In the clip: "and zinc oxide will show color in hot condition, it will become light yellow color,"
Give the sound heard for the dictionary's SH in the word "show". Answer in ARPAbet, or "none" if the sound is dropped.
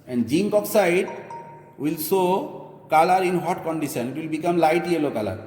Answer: S